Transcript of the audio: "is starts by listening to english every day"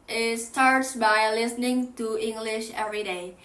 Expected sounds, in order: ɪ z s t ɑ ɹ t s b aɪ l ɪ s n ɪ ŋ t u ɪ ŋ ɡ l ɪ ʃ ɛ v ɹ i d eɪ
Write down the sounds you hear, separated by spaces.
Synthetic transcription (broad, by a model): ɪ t s t ɑ ɹ t s b aɪ l ɪ s n ɪ ŋ t u ɪ ŋ ɡ l ɪ ʃ ɛ v ɹ i d eɪ